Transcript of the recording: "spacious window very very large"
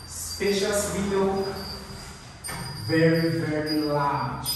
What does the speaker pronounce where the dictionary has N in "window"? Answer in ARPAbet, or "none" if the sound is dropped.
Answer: none